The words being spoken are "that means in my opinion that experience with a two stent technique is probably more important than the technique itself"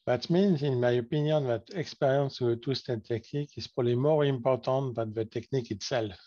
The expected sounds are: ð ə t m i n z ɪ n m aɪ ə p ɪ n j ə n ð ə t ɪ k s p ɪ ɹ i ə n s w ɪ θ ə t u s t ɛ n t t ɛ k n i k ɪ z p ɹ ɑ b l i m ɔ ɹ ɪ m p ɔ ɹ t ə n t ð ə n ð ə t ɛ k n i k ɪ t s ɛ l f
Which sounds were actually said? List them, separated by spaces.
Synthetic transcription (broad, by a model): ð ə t m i n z ɪ n m aɪ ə p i n j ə n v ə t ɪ k s p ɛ ɹ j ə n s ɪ ə t u s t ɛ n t t ɛ k n i k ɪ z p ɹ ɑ l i m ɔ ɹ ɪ m p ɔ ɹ t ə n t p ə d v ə t ɛ k n i k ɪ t s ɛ l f